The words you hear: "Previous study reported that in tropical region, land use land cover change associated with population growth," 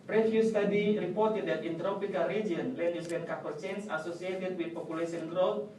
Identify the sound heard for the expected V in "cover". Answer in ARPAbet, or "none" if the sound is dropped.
P